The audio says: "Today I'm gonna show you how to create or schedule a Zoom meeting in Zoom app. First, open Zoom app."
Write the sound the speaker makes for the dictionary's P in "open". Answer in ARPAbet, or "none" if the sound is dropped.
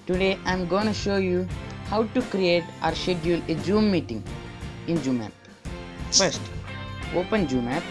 P